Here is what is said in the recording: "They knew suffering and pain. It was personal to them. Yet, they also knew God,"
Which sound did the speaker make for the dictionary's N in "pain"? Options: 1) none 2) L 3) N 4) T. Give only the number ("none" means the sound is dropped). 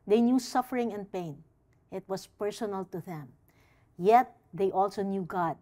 3